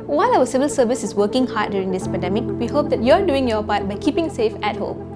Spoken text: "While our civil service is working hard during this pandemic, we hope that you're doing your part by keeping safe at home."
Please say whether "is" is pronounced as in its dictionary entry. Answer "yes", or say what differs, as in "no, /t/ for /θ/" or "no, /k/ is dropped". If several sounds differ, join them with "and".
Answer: no, /s/ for /z/